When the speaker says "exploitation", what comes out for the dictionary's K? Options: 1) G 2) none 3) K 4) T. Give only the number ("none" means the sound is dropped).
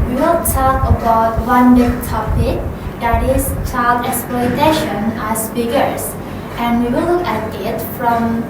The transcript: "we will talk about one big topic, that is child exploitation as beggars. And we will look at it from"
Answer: 3